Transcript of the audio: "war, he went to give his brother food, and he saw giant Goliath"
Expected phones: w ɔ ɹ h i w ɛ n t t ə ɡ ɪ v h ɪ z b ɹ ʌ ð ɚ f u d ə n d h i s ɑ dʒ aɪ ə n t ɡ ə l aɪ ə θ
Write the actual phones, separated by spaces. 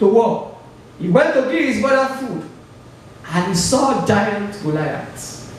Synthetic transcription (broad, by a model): w ɔ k h i w ɛ n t t ə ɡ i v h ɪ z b ʌ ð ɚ f u d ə n h i s ɑ dʒ aɪ ə n t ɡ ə l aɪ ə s